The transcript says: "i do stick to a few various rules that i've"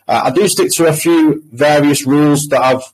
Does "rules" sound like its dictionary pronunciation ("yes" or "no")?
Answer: yes